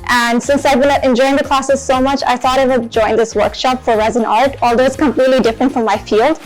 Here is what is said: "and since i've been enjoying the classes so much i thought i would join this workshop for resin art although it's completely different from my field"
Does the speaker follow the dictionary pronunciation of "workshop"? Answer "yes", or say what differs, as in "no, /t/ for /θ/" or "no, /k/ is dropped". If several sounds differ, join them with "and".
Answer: yes